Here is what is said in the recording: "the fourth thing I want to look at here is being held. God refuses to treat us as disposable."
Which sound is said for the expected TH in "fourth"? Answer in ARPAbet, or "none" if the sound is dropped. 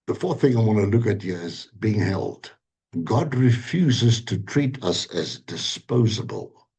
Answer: TH